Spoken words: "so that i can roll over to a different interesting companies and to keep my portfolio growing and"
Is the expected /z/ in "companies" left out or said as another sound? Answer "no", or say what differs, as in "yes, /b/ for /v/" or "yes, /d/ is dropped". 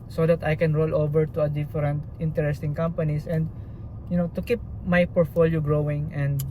yes, /s/ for /z/